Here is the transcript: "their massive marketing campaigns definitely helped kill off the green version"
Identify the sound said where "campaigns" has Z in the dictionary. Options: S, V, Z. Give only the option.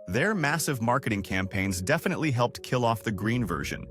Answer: Z